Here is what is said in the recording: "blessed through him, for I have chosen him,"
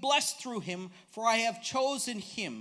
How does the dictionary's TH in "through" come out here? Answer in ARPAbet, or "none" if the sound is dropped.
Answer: TH